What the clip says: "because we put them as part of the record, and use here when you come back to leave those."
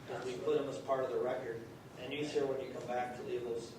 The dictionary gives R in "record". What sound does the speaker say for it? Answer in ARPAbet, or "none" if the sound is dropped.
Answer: R